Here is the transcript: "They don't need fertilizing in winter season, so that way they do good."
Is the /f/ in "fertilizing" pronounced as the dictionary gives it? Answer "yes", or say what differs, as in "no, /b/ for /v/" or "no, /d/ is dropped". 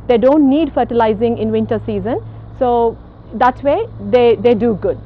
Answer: yes